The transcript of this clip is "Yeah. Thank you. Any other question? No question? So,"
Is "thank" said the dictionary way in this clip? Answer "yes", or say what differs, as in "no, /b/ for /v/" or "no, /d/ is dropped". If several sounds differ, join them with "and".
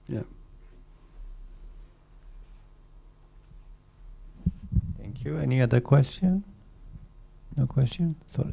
no, /t/ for /θ/